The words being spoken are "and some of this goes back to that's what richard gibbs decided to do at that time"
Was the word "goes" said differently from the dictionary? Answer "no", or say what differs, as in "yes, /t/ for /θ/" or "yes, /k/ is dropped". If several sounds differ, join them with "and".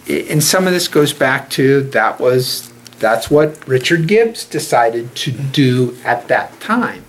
no